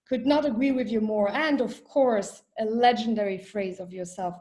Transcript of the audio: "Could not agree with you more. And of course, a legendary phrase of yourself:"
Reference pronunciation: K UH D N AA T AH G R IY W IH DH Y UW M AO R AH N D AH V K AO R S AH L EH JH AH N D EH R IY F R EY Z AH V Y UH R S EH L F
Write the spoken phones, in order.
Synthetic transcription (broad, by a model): K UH D N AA T AH G R IY W IH DH Y UW M AO R AH N D AH V K AO R S AH L EH JH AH N D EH R IY F R EY Z AH V Y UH R S EH L F